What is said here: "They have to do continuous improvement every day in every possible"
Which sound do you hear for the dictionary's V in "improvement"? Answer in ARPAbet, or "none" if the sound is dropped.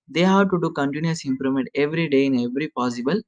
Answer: none